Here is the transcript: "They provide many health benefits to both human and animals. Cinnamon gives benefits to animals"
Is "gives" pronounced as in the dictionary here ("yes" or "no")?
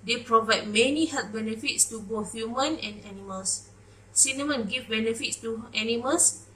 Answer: no